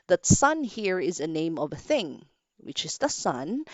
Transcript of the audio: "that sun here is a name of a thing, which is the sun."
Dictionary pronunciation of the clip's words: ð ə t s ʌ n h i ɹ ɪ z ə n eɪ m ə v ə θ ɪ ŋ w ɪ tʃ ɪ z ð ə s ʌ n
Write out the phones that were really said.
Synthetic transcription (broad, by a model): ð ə t s ʌ n h i ɹ ɪ z ə n eɪ m ə v ə θ ɪ ŋ w ɪ tʃ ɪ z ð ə s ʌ n